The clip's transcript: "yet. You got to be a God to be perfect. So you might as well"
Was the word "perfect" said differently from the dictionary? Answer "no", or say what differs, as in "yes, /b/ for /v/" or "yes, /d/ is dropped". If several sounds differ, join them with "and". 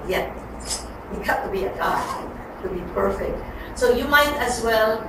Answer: no